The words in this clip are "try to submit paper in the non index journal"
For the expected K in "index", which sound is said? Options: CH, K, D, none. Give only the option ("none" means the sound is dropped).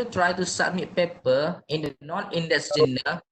none